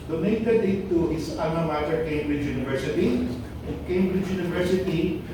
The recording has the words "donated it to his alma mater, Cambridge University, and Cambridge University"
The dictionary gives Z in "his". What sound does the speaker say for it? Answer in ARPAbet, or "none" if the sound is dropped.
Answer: S